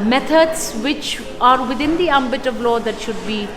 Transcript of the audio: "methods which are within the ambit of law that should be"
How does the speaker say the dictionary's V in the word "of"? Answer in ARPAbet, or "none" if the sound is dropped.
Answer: V